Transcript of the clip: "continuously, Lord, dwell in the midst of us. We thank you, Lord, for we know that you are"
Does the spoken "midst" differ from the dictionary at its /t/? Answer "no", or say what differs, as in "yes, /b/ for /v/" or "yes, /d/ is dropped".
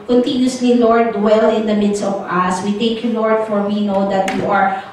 no